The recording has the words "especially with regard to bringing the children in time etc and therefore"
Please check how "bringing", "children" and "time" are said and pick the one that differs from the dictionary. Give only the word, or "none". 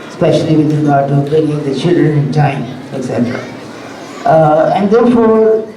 bringing